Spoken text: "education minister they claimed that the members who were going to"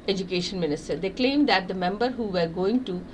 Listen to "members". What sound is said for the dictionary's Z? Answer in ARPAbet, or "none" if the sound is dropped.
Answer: none